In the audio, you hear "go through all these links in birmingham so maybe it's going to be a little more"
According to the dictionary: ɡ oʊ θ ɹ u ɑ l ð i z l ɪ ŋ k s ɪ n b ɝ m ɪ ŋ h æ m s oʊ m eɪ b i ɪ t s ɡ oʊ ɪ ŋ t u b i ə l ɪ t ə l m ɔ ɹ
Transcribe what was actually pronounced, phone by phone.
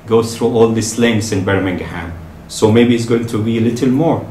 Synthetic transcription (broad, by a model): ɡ oʊ θ ɹ u ɑ l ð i s l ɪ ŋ s ɪ n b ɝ m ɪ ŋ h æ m s oʊ m eɪ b i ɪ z ɡ oʊ ɪ ŋ t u b i ə l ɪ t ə l m ɔ ɹ